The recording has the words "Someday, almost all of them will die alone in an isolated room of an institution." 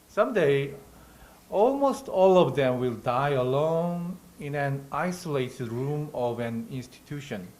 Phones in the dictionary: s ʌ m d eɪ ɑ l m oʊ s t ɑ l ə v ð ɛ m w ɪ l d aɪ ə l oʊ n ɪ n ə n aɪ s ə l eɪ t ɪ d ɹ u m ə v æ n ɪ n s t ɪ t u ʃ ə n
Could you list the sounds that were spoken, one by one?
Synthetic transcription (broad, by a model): s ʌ m d eɪ ɑ l m oʊ s t ɑ l ə v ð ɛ m w ɪ l d aɪ ə l oʊ n ɪ n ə n aɪ s ə l eɪ t ɪ d ɹ u m ə v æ n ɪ n s t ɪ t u ʃ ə n